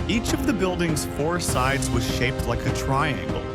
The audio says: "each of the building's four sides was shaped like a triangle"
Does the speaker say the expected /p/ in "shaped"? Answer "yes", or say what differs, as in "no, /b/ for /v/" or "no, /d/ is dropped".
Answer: yes